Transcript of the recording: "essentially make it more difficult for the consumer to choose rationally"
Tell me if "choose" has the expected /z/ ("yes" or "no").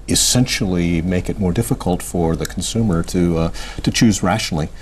yes